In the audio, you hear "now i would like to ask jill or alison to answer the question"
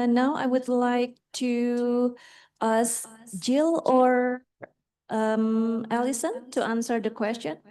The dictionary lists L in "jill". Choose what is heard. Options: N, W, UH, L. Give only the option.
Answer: L